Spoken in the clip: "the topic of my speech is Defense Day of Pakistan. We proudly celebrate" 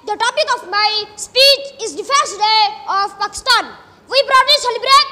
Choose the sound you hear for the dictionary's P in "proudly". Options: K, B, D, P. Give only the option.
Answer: B